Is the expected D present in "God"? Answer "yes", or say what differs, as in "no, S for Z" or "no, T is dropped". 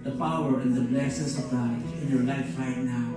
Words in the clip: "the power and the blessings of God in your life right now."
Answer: no, D is dropped